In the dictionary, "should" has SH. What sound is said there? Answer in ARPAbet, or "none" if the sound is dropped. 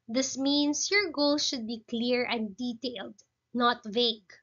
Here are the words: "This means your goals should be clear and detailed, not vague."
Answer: SH